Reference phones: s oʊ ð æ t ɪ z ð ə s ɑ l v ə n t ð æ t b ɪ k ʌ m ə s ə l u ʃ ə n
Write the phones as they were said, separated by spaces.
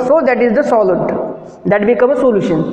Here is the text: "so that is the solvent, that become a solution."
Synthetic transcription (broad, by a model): s oʊ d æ t ɪ z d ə s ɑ l ə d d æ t b ɪ k ʌ m ə s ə l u ʃ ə n